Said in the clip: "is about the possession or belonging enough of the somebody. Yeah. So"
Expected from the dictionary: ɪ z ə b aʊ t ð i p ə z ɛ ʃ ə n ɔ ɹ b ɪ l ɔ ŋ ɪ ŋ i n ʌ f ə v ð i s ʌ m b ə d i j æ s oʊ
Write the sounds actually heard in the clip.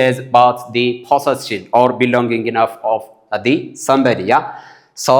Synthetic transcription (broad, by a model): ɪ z ə b aʊ t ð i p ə s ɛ s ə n ɔ ɹ b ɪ l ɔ ŋ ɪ ŋ i n ʌ f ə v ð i s ʌ m b ə d i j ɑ s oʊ